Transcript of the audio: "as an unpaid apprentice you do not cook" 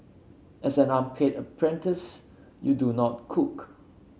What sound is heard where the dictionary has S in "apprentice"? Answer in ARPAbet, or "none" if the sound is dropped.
S